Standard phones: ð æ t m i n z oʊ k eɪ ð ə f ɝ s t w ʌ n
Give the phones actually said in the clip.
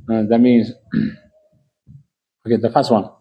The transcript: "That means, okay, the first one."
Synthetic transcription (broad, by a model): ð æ t m i n z oʊ k eɪ ð ə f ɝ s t w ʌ n